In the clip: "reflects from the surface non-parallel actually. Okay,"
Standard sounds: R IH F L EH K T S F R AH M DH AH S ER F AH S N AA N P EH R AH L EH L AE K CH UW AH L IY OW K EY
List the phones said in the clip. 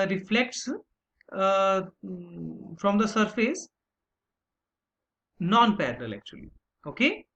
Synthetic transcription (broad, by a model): R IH F L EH K T S F R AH M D AH S ER F AH S N AA N P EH R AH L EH L AE K CH UW AH L IY OW K EY